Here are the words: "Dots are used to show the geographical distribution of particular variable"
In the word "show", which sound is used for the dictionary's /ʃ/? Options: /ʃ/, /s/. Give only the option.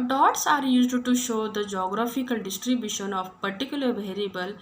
/ʃ/